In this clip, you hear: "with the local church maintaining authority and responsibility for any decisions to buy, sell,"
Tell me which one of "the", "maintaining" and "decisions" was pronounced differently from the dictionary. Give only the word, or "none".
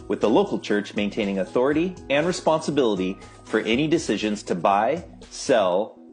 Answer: none